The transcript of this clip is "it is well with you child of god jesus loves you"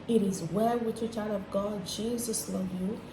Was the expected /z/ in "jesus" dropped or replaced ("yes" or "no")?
no